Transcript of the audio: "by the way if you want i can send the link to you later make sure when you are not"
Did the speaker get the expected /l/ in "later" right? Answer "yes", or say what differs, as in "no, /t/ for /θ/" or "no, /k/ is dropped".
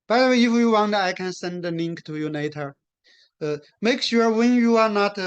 no, /n/ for /l/